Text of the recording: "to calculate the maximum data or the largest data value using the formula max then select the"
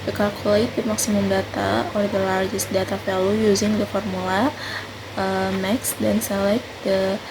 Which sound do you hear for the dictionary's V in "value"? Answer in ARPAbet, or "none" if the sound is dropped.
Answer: F